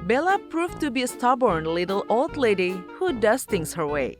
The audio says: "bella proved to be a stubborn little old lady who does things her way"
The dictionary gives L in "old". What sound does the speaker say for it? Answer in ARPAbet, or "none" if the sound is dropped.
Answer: L